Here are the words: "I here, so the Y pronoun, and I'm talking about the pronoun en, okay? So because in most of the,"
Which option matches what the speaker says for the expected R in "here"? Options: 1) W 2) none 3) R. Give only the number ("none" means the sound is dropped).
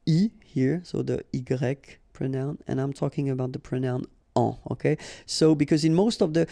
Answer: 3